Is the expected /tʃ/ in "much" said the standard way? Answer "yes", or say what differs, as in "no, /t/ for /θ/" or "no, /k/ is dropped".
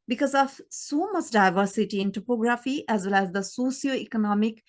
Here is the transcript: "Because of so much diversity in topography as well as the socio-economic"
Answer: no, /s/ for /tʃ/